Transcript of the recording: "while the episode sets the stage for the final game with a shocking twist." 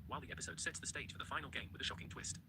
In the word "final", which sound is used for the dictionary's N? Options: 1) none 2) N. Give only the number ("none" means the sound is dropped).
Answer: 2